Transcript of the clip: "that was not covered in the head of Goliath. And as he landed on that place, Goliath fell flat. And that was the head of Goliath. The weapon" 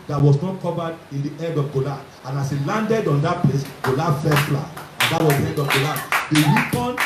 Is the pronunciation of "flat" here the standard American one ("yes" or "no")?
no